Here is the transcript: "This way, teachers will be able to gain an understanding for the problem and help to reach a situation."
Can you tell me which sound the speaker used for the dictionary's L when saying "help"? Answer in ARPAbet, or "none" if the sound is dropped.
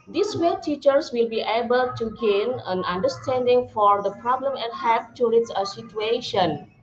none